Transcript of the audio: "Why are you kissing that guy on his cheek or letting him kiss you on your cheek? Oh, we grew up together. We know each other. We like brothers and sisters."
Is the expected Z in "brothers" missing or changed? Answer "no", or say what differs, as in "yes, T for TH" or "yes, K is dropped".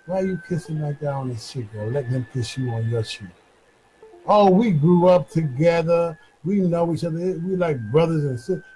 no